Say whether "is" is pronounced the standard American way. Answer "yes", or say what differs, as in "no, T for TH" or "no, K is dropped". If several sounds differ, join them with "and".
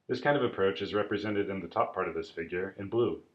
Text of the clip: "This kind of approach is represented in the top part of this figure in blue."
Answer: yes